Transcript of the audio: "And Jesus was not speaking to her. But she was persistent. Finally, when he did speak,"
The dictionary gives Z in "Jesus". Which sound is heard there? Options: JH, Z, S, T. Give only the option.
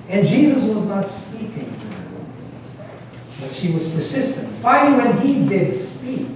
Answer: Z